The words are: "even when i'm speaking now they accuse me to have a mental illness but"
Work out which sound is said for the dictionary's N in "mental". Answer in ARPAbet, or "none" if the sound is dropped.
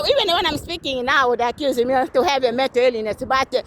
none